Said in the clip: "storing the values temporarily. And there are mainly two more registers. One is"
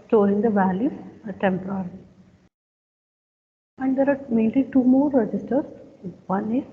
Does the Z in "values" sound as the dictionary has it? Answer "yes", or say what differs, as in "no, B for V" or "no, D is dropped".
no, Z is dropped